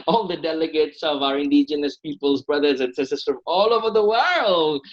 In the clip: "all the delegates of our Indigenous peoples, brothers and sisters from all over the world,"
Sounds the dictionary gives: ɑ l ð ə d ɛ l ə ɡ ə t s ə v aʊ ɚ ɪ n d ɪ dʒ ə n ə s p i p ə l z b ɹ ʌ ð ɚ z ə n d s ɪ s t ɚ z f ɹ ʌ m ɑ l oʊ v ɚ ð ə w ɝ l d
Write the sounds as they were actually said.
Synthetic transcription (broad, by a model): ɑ l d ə d ɛ l ə ɡ ə t s ə v aʊ ɚ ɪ n d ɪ dʒ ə n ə s p i p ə l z b ɹ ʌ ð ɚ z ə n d s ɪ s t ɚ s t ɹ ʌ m ɑ l oʊ v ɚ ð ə w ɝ l d